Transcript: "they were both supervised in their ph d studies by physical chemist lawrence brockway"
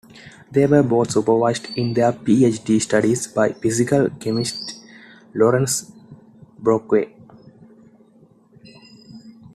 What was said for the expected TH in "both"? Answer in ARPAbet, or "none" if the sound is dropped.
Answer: T